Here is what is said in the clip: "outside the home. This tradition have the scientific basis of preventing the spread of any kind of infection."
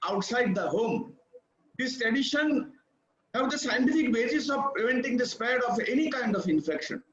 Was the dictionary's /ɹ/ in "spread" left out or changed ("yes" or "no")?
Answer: yes